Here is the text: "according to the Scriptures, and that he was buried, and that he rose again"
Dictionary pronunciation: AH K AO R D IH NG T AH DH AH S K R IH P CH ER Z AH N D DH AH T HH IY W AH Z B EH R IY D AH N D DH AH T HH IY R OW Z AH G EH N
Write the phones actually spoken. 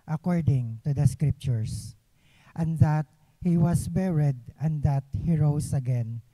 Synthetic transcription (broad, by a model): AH K AO R D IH NG T AH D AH S K R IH P CH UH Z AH N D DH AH T HH IY W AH S B EH R IY D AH N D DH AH T HH IY R OW S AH G EH N